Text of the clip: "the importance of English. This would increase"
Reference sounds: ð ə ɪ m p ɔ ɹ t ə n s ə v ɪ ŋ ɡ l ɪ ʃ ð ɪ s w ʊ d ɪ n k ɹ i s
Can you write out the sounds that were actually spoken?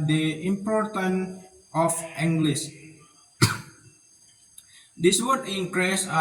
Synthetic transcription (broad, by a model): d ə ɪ m p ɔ ɹ t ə n ə f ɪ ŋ ɡ l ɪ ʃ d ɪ s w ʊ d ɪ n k ɹ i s